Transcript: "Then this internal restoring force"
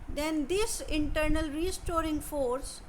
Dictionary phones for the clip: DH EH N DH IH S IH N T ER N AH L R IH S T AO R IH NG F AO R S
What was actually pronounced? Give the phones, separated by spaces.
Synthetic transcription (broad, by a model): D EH N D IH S IH N T ER N AH L R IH S T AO R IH NG F AO R S